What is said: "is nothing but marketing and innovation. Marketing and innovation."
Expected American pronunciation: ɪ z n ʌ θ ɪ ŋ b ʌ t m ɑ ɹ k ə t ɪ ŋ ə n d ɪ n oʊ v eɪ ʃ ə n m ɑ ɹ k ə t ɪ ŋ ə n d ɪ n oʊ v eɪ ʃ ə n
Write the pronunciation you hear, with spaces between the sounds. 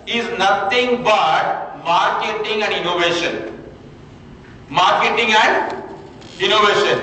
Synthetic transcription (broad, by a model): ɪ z n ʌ t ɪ ŋ b ʌ t m ɑ ɹ k ə t ɪ ŋ ə n d ɪ n oʊ v eɪ ʃ ə n m ɑ ɹ k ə t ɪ ŋ ə n d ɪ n oʊ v eɪ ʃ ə n